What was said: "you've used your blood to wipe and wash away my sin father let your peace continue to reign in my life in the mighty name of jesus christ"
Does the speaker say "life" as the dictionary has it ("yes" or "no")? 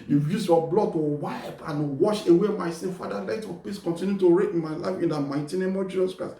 yes